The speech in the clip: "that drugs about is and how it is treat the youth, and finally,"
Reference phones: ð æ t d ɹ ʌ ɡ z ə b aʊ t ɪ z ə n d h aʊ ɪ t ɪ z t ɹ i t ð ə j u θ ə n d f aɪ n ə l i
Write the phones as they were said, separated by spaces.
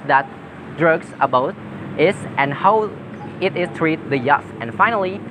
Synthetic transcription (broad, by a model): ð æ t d ɹ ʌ ɡ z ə b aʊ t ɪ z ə n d h aʊ ɪ t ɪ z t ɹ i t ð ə j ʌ f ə n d f aɪ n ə l i